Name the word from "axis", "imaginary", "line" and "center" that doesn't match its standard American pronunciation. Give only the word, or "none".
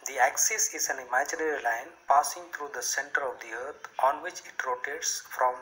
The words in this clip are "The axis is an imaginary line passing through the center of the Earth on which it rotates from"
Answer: none